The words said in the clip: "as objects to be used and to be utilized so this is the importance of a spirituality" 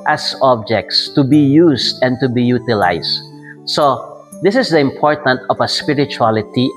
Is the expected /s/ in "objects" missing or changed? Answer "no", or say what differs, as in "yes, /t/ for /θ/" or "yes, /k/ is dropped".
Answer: no